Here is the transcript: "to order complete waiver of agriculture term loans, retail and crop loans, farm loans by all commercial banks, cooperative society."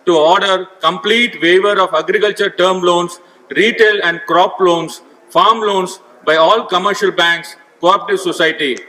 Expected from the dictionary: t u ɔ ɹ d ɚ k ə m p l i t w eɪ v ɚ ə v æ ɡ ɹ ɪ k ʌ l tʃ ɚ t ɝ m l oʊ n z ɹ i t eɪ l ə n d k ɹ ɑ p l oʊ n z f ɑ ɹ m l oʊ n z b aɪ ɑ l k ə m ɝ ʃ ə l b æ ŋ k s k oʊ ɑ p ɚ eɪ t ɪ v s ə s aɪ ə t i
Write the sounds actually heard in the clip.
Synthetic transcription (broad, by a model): t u ɔ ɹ d ɚ k ə m p l i t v eɪ v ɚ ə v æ ɡ ɹ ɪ k ʌ l tʃ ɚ t ɝ m l oʊ n s ɹ i t eɪ l ə n d k ɹ ɑ p l oʊ n s f ɑ ɹ m l oʊ n s b aɪ ɑ l k ə m ɝ ʃ ə l b æ ŋ k s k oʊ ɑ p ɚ t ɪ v s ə s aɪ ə t i